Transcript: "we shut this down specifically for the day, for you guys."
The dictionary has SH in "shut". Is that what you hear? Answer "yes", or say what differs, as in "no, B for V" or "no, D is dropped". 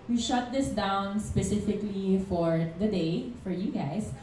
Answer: yes